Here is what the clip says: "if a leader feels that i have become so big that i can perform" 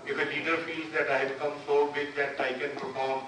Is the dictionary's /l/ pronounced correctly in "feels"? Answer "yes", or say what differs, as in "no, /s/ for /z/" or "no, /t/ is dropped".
no, /l/ is dropped